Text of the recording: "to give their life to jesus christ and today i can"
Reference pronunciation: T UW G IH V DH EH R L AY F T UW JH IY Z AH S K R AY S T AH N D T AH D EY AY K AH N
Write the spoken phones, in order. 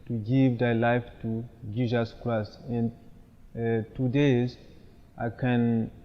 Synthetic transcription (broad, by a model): T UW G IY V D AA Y L AY F T UW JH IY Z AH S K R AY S AH N T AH D EY AY K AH N